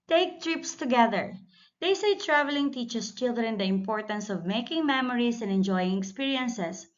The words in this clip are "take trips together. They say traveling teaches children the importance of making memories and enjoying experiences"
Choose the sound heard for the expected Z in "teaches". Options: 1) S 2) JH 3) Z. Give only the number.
1